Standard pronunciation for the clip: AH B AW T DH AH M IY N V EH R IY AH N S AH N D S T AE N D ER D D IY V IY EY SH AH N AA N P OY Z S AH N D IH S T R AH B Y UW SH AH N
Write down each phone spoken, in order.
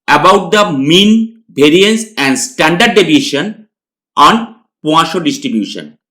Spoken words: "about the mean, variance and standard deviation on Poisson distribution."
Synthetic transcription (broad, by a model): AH B AW T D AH M IY N B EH R IY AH N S AH N D S T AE N D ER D D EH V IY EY SH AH N AA N P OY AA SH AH D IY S T R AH B Y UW SH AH N